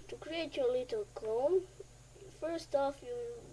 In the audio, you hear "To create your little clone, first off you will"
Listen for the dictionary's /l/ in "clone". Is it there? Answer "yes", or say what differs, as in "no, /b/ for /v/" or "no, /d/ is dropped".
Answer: no, /l/ is dropped